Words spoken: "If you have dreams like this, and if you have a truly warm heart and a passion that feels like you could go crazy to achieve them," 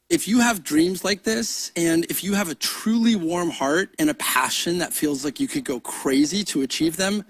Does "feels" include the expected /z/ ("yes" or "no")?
yes